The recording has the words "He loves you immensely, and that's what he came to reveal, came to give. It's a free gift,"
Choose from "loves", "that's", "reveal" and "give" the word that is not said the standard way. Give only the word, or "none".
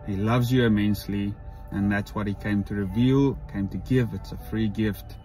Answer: none